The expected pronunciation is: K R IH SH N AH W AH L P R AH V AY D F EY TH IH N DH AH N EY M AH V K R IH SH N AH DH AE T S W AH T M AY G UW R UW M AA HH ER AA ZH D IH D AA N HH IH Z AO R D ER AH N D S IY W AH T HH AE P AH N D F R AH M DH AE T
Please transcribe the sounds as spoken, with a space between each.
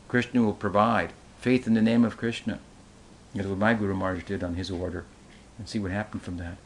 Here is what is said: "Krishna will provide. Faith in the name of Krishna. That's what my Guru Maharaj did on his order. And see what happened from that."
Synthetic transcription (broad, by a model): K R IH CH N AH W AH L P R AH V AY D F EY TH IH N DH AH N EY M AH V K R IH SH N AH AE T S W AH T M AY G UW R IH M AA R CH D IH D N IH Z AO R D ER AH N S IY W AH T HH AE P N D F R AH M DH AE T